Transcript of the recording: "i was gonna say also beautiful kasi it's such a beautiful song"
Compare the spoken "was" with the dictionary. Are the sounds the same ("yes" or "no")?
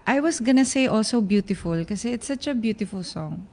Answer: no